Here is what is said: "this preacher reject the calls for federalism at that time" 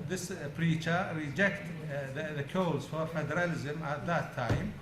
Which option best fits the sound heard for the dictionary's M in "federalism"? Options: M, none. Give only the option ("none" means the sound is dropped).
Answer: M